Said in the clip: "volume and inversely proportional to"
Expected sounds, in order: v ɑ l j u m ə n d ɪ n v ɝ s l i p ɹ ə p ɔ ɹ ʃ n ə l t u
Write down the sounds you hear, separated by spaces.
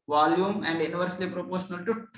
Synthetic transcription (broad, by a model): v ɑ l j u m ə n d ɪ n v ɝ s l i p ɹ ə p ɔ ɹ ʃ n ə l t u